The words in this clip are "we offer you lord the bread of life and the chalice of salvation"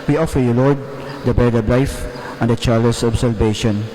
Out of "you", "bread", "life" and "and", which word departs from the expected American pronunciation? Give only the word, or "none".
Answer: bread